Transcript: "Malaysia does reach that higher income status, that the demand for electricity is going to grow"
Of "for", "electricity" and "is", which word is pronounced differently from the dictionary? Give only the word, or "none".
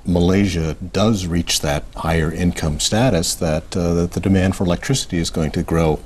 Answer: none